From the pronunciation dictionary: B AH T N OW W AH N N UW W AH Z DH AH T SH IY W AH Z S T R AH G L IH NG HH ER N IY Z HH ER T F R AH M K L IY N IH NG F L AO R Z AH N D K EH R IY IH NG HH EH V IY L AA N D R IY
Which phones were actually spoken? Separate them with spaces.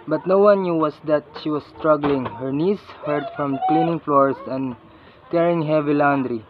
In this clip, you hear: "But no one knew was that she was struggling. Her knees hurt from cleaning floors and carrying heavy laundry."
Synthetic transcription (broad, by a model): B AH T N OW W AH N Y UW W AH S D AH T SH IY W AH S S T R AH G L IH NG HH ER N IY S HH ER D F R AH M K L IY N IH NG F L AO R S AH N D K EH R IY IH NG HH EH V IY L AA N D R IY